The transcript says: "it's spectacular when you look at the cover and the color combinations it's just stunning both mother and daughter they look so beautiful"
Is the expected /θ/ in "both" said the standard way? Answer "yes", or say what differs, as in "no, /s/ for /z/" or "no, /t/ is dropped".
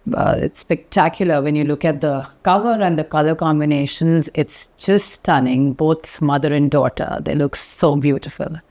no, /s/ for /θ/